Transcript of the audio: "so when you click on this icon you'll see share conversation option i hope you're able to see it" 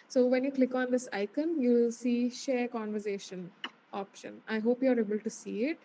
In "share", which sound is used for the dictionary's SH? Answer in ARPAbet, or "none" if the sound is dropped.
SH